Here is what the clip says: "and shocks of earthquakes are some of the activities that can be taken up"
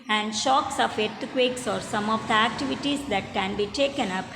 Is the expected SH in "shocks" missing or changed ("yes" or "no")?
no